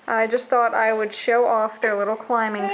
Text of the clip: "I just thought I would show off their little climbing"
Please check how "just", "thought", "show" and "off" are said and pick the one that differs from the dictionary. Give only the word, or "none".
none